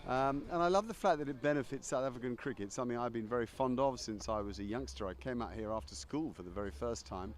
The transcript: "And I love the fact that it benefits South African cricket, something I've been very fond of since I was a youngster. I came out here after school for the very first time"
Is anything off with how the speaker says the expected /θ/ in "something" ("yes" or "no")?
no